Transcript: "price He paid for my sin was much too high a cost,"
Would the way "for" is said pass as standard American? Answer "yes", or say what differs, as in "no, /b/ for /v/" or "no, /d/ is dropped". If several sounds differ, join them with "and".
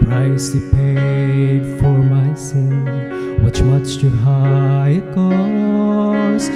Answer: yes